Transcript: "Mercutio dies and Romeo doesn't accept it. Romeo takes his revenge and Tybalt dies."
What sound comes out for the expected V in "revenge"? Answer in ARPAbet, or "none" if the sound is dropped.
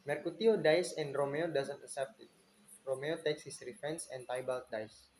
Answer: F